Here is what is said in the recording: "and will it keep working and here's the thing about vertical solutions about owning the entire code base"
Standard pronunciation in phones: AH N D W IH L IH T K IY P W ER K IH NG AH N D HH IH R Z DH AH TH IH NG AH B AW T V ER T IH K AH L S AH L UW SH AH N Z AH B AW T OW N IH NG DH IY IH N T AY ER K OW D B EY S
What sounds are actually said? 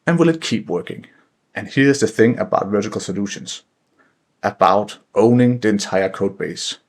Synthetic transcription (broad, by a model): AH N W IH L IH T K IY P W ER K IH NG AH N HH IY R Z DH AH TH IH NG AH B AW T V ER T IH K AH L S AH L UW SH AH N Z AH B AW T OW N IH NG DH IY IH N T AY ER K OW D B EY S